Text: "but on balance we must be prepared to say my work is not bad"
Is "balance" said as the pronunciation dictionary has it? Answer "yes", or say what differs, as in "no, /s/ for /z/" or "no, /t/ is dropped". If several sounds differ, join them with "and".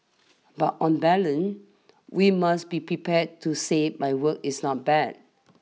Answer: no, /s/ is dropped